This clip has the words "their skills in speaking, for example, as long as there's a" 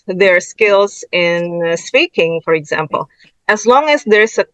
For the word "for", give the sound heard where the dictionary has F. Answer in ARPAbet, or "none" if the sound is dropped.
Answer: F